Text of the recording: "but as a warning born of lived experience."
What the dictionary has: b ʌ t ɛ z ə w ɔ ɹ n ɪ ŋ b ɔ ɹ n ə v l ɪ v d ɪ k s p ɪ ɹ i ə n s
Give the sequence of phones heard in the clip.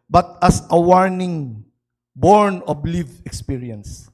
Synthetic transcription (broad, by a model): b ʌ t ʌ s ə w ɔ ɹ n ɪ ŋ b ɔ ɹ n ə b l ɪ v ɪ k s p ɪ ɹ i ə n s